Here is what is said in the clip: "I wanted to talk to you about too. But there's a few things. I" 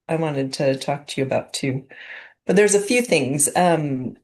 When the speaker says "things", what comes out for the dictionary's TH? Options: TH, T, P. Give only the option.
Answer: TH